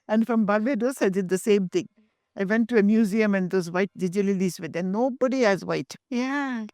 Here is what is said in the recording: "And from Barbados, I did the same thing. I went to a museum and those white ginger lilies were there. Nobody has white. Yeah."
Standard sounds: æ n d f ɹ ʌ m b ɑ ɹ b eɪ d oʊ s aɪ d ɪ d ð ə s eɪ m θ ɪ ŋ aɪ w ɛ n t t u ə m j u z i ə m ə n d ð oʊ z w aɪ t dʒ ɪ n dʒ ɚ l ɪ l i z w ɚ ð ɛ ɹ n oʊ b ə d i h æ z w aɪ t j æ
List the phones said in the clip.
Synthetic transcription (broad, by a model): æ n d f ɹ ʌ m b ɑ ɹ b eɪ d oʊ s aɪ d ɪ d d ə s eɪ m t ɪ ŋ aɪ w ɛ n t t u ə m j u z i ə m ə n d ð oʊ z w aɪ t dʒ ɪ dʒ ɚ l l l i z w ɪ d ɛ n oʊ b ə d i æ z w aɪ t j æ